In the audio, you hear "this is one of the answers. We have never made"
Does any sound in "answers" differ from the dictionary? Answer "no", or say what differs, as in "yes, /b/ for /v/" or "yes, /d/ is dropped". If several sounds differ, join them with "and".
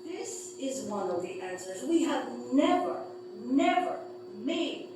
no